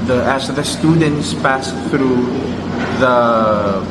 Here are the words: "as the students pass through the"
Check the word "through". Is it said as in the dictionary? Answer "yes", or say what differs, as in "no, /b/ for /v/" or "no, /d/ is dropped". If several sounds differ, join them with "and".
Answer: yes